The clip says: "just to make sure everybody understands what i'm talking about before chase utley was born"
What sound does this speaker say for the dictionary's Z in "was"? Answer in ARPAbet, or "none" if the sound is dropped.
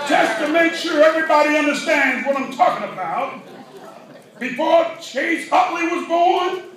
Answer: Z